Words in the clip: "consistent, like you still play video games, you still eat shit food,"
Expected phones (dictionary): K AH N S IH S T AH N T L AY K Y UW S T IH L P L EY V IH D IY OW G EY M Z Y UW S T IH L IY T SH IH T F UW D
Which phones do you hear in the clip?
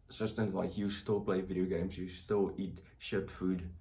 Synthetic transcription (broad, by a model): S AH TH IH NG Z L AY K Y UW S T IH L P L EY V IH D IY OW G EY M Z Y UW S T IH L IY T SH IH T F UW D